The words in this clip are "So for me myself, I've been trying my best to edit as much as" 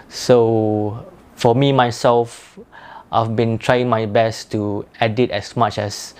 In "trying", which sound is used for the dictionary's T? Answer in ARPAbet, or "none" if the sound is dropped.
T